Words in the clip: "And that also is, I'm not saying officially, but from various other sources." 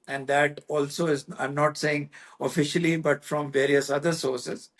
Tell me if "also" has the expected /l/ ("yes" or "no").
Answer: yes